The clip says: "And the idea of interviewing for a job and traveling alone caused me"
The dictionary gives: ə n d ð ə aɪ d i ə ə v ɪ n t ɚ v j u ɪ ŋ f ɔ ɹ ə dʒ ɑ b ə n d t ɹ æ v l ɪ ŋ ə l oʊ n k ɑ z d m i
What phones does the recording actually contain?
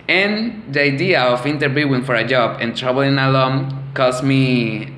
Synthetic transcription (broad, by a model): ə n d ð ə aɪ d i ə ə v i n t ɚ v j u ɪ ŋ f ɔ ɹ ə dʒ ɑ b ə n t ɹ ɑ b l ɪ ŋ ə l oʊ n k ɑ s m i